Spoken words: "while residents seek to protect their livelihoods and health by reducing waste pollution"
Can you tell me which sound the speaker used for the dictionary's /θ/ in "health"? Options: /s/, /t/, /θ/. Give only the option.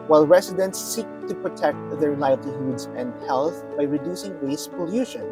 /θ/